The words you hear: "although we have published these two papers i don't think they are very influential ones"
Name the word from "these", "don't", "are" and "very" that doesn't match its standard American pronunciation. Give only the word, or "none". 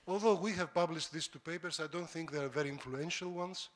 these